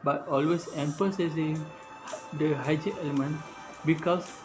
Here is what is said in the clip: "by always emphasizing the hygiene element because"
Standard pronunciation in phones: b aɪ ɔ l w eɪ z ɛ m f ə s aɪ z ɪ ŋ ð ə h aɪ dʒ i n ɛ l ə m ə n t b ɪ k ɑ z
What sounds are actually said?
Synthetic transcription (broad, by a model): b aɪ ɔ l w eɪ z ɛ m p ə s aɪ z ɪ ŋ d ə h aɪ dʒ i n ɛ l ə m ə n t b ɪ k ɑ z